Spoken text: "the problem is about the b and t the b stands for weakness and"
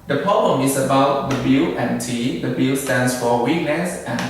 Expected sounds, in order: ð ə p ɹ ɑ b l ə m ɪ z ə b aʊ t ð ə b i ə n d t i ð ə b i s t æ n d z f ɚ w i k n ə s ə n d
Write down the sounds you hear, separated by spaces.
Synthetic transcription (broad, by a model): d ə p ɹ ɑ b l ə m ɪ s ə b aʊ t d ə b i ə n t i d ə b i s t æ n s f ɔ w i k n ə s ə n